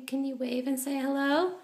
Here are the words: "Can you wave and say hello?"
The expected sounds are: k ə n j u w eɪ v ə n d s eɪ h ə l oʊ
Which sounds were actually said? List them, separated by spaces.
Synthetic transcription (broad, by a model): k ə n j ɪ w eɪ v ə n s eɪ h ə l oʊ